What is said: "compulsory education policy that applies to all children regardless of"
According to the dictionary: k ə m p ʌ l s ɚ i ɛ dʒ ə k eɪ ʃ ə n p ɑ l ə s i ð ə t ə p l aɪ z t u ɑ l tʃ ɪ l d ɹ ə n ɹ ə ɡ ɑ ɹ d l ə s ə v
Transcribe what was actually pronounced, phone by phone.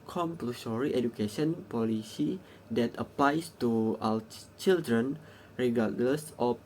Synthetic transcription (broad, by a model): k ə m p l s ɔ i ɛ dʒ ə k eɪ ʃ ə n p ɑ l ə s i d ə t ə p l aɪ s t u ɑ w tʃ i l d ɹ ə n ɹ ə ɡ ɑ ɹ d l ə s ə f